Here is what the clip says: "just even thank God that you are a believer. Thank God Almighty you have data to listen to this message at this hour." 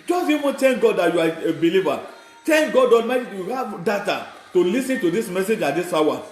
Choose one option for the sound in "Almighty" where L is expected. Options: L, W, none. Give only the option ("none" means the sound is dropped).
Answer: none